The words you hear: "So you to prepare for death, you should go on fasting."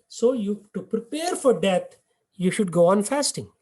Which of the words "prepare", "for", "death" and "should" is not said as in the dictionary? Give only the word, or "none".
death